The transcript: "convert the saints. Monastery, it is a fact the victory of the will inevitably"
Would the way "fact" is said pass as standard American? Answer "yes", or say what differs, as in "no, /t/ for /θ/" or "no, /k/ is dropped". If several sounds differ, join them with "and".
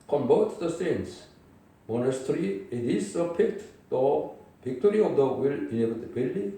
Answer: no, /p/ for /f/